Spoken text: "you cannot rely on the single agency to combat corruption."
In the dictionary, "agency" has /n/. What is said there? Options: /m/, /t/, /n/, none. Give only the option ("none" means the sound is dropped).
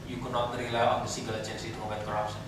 /n/